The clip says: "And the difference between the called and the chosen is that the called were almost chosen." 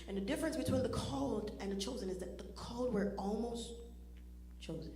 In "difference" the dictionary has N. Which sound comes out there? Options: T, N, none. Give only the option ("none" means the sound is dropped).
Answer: N